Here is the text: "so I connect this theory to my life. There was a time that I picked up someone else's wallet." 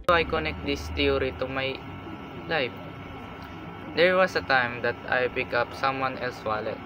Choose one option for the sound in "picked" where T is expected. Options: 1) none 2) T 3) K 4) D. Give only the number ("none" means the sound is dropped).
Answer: 1